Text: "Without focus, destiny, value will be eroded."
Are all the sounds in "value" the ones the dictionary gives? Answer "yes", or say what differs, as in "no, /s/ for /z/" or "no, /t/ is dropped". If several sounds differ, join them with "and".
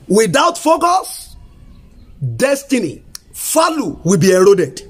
no, /f/ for /v/